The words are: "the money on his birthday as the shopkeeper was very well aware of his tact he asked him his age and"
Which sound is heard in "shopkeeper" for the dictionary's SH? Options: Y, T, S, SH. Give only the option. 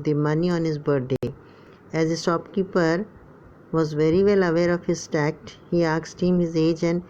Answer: S